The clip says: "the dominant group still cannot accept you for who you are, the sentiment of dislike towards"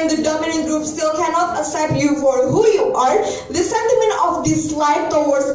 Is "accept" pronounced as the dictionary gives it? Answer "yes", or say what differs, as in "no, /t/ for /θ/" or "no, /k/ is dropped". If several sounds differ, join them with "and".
no, /k/ is dropped and /p/ is dropped